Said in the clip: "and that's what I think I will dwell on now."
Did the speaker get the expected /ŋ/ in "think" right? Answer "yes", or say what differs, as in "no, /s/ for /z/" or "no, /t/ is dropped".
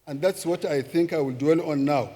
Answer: yes